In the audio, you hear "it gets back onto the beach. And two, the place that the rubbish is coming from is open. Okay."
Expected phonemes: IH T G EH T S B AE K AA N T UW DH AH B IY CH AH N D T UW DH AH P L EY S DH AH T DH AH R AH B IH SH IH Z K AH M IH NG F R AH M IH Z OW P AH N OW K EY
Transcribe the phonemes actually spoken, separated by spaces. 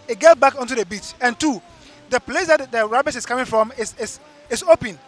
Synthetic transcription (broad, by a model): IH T G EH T B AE K AA N T UW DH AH B IY CH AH N T UW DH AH P L EY S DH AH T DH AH R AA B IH S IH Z K AH M IH NG F R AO M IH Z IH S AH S OW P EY